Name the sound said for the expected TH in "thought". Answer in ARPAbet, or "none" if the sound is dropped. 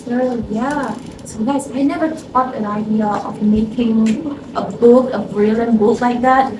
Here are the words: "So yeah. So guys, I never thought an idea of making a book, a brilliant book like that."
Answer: T